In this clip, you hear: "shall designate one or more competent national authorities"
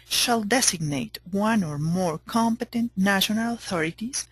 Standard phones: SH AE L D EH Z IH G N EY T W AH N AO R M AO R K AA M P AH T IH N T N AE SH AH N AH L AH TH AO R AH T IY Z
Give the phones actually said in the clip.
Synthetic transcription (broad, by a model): SH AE L D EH S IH G N EY T W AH N AO R M AO R K AA M P AH T IH N T N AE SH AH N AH L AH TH AO R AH T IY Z